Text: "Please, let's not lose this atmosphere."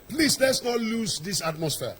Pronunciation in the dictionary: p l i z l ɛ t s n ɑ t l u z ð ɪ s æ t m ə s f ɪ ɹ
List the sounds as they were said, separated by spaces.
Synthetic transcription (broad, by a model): p l i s l ɛ t s n ɑ t l u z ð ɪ s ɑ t m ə s f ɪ